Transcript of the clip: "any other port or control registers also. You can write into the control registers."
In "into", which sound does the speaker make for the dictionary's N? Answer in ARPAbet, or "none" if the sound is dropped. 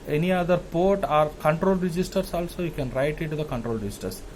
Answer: none